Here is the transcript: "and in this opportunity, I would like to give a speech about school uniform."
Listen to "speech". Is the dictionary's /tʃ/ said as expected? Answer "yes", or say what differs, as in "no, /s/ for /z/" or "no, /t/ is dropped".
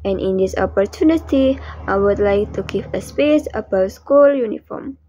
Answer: no, /s/ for /tʃ/